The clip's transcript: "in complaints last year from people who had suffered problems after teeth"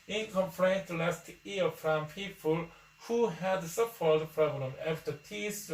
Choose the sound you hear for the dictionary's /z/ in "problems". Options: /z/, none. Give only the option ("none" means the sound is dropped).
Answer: none